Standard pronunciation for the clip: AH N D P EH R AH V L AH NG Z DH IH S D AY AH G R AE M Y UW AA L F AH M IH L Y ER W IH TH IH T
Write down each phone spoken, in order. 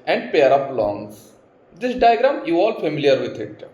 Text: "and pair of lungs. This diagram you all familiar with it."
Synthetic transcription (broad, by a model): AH N D P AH R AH P L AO NG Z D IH S D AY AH G R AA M Y UW AA L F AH M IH L Y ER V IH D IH T